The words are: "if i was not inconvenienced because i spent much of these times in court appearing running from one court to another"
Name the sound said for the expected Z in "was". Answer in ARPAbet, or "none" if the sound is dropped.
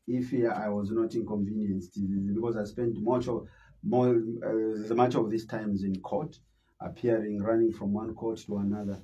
Z